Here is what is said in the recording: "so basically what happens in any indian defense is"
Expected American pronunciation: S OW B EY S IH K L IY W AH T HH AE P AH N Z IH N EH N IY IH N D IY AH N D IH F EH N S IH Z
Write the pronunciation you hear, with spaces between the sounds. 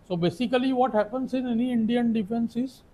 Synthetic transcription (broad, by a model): S OW B EY S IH K L IY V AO T HH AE P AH N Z IH N EH N IY IH N D IY AH N D IH F EH N S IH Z